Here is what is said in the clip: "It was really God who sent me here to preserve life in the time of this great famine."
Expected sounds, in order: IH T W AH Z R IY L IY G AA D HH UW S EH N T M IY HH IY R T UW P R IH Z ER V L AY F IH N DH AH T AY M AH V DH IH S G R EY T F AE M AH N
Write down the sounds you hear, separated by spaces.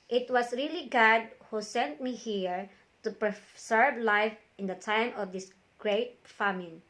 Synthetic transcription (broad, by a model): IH T W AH S R IY L IY G AA D HH UW S EH N T M IY HH IY R T UW P R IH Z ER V L AY F IH N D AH T AY M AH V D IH S G R EY T F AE M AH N